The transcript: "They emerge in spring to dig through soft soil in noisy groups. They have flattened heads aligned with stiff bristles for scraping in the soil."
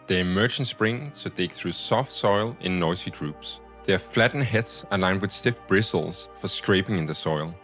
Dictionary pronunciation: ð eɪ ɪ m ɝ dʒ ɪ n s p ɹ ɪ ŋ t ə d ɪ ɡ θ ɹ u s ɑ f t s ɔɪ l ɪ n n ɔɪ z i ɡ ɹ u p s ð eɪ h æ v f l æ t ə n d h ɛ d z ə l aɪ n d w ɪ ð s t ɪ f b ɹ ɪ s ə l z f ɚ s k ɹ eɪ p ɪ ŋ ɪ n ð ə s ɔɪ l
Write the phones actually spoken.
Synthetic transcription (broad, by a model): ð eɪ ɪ m ɝ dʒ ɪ n s p ɹ ɪ ŋ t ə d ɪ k θ ɹ u s ɑ f t s ɔɪ l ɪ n n ɔɪ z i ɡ ɹ u p s ð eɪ f l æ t n h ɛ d s ə l aɪ n d w ɪ ð s t ɪ f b ɹ ɪ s l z f ɚ s k ɹ eɪ p ɪ ŋ ɪ n ð ə s ɔɪ l